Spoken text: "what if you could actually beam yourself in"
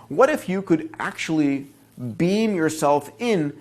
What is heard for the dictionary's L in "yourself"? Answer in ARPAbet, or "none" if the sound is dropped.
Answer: L